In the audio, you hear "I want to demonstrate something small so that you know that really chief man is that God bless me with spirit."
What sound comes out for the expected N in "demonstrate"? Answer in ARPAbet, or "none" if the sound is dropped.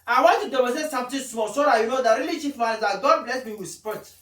none